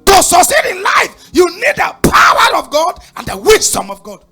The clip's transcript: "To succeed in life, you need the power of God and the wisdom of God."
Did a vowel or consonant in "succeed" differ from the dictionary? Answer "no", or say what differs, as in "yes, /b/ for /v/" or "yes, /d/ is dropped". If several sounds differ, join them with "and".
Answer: yes, /k/ is dropped